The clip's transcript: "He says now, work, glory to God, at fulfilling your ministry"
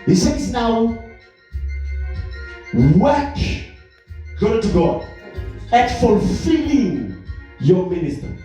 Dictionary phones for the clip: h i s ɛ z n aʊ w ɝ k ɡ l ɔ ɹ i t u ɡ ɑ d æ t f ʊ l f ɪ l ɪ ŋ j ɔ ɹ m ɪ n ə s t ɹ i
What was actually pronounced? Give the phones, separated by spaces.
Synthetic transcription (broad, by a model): h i s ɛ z n aʊ w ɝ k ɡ ɔ i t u ɡ ɑ d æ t f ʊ l f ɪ l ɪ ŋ j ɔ m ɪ n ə s t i